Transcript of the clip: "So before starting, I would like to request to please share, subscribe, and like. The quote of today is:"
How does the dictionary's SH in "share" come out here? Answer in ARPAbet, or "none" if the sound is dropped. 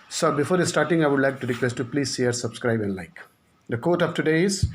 S